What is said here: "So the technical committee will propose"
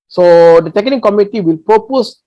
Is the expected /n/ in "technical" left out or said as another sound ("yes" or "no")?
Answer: yes